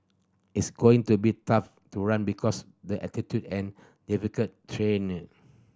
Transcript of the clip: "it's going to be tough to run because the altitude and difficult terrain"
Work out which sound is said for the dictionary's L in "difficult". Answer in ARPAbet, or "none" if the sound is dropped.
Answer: none